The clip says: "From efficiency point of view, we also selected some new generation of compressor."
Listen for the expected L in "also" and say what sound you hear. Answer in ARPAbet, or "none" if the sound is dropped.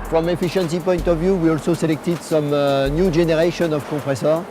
L